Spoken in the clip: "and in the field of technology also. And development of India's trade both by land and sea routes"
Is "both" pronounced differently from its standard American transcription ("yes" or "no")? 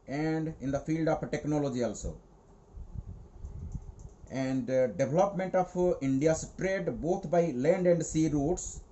yes